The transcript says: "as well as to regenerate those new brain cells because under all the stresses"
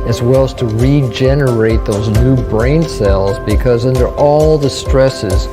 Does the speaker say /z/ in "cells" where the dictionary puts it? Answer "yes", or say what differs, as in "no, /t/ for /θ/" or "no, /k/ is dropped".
yes